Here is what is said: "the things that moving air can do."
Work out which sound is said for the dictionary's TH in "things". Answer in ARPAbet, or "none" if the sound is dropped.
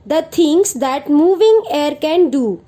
T